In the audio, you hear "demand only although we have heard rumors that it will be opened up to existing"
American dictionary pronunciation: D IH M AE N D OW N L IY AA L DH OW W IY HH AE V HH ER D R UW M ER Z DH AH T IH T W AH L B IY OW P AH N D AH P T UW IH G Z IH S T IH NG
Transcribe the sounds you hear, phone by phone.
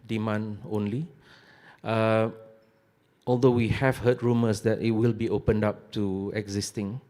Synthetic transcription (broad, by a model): D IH M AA N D OW N L IY AA L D OW W IY HH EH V HH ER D R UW M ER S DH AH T IH T W AH L B IY OW P AH N D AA P T UW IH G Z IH S T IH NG